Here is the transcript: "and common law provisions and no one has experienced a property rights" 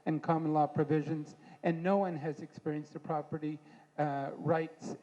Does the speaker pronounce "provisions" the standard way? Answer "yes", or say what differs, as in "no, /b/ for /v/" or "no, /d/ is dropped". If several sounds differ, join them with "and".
yes